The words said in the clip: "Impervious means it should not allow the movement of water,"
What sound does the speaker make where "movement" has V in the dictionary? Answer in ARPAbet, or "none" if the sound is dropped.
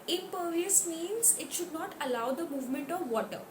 V